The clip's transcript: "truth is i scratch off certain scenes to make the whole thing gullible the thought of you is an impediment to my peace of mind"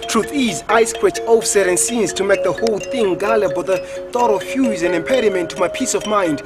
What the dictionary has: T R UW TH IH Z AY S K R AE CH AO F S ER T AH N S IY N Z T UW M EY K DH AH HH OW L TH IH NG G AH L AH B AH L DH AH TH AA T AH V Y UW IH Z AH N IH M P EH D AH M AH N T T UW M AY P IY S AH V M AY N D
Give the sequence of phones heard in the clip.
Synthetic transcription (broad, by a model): T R UW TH IH Z AY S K W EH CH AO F S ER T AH N S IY N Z T UW M EY K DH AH HH OW L TH IH NG G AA L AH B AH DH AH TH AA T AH F Y UW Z AH N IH M P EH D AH M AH N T T UW M AY P IY S AH V M AY N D